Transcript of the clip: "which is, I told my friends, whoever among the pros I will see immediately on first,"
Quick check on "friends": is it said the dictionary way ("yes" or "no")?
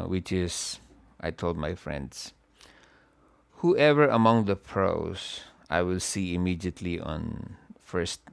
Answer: no